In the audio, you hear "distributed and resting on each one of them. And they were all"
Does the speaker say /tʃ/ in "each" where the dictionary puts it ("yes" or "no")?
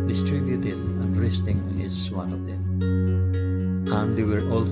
no